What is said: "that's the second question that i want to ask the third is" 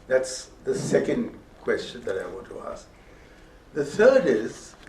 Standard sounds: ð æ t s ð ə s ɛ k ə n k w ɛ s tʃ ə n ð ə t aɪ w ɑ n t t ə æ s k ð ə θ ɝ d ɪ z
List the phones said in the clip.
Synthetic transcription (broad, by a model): ð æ t s ð ə s ɛ k ə n k w ɛ s tʃ ə n ð ə t aɪ w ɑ n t t ə æ s k ð ə θ ɝ d ɪ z